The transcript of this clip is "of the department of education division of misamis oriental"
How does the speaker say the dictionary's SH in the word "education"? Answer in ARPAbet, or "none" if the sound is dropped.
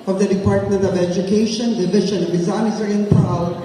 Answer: SH